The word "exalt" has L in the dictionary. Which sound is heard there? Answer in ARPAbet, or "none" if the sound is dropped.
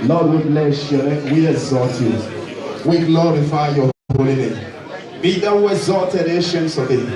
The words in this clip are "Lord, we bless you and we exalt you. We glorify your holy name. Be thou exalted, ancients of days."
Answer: none